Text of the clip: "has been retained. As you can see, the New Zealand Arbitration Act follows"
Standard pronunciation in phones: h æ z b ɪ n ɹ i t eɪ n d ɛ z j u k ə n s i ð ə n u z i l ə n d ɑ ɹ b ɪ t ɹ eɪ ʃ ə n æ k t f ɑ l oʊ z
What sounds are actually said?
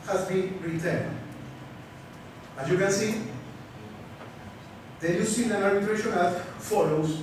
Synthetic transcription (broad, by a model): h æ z b ɪ n ɹ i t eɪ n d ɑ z j u k ə n s i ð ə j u s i n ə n ɑ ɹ ɪ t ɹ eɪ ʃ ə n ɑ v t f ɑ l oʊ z